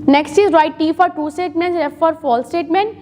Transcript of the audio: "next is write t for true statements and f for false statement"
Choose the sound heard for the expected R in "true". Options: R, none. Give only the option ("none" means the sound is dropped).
none